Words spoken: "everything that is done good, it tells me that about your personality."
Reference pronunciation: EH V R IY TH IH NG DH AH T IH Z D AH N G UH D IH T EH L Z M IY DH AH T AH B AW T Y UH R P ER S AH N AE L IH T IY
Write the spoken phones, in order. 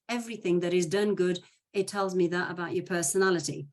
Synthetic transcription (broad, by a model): EH V R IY TH IH NG DH AH T IH Z D AH N G UH D IH T EH L Z M IY DH AH T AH B AW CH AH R P ER S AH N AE L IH T IY